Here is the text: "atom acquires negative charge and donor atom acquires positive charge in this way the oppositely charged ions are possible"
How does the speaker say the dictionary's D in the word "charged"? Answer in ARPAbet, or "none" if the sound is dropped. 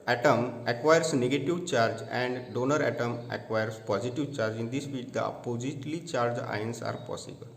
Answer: none